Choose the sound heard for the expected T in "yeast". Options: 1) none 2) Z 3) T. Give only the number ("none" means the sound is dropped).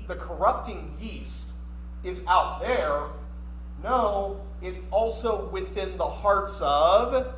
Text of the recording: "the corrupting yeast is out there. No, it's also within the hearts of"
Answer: 3